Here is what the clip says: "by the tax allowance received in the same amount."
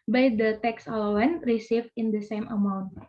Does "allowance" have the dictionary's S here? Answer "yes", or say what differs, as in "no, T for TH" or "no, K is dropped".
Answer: no, S is dropped